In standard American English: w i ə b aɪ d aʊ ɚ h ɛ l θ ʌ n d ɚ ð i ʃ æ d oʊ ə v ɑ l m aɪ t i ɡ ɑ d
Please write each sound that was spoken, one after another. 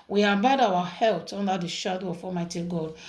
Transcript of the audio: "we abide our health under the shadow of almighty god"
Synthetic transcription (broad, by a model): w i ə b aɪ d aʊ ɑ h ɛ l t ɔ n d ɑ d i ʃ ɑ d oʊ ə f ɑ m aɪ t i ɡ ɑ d